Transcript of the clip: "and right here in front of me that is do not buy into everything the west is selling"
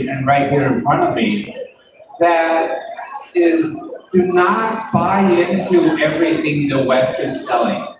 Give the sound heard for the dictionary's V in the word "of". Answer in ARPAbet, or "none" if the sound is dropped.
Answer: V